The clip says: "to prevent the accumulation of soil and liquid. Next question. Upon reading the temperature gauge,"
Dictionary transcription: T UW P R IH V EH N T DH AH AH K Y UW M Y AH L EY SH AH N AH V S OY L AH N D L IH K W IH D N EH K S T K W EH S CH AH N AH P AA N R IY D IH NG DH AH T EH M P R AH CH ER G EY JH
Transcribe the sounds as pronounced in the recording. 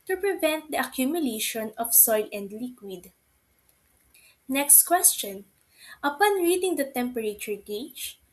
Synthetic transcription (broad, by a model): T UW P R IH V EH N T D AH AH K Y UW M Y AH L EY SH AH N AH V S OY L AH N D L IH K W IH D N EH K S T K W EH S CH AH N AH P AA N R IY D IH NG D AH T EH M P R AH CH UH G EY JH